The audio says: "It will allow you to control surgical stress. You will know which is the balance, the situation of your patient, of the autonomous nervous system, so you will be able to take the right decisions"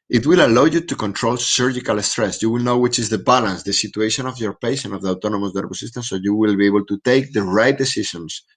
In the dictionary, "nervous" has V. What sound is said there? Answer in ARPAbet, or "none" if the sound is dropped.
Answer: B